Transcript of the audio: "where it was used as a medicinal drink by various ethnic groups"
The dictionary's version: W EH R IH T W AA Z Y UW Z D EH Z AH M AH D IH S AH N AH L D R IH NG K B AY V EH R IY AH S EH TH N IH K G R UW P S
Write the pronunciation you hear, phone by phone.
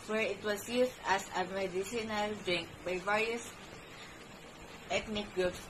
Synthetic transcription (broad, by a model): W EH R IH T W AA S Y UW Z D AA S AH M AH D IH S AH N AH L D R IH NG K B AY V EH R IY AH S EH T N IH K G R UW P S